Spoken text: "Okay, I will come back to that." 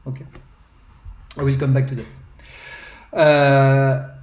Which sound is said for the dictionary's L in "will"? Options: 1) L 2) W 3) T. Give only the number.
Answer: 1